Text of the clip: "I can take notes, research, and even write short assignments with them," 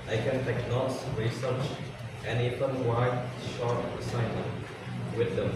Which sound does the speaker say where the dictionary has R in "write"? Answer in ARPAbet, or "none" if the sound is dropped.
W